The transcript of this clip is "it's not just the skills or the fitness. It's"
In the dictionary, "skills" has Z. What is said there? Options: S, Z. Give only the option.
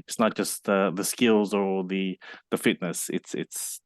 Z